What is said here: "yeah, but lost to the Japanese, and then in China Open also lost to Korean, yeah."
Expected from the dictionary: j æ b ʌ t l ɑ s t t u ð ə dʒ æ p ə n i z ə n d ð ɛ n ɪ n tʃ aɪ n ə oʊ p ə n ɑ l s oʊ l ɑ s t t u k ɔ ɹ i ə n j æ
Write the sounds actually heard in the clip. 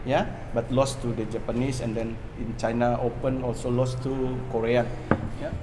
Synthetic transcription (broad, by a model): j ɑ b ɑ t l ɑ s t t u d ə dʒ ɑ p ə n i s ə n d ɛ n ɪ n tʃ aɪ n ə oʊ p ə n ɑ l s oʊ l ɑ s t t u k ɔ ɹ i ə n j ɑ